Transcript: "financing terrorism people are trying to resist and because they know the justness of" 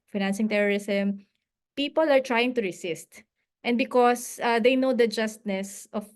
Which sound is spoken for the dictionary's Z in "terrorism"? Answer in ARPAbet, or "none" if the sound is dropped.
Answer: S